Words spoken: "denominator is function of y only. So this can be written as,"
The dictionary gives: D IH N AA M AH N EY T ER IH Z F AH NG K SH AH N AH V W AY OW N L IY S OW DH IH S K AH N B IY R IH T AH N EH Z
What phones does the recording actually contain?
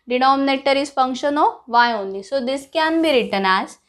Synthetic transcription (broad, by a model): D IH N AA M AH N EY T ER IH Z F AH NG K SH AH N AH V AY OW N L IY S OW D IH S K AH N B IY R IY T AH N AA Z